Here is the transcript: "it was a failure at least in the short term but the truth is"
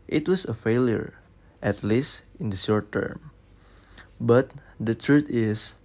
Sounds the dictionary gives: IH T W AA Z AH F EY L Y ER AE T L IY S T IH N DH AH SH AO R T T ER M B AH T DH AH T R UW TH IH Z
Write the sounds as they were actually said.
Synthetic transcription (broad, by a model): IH T W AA S AH F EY L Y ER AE T L IY S T IH N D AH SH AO R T T ER M B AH T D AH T R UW T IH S